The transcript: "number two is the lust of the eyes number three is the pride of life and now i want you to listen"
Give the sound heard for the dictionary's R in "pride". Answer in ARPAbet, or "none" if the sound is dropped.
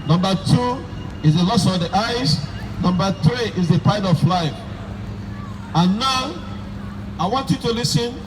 none